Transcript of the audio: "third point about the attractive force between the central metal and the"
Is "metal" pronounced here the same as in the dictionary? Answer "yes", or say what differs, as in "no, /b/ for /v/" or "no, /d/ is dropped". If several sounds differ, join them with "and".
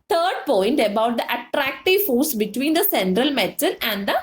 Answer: no, /n/ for /l/